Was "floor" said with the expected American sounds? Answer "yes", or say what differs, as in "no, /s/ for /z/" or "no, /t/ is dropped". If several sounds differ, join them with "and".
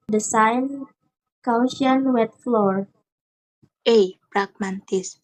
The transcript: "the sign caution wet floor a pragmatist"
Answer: yes